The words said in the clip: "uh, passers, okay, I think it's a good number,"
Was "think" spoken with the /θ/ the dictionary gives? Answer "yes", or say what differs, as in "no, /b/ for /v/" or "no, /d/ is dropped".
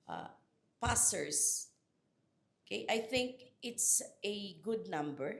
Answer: yes